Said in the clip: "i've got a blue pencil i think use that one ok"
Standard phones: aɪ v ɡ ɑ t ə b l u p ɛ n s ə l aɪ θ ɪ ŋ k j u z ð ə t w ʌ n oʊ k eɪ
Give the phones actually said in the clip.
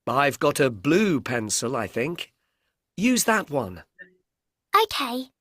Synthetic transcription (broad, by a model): aɪ v ɡ ɑ t ə b l u p ɛ n s ə l aɪ θ ɪ ŋ k j u z ð ə t w ʌ n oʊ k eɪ